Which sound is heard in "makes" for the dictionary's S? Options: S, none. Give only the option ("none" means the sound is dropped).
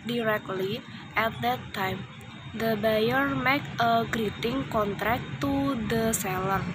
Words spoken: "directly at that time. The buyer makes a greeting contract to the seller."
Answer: none